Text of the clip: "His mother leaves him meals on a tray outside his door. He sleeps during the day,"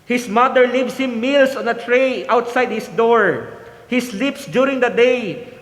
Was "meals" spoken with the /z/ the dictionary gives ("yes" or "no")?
no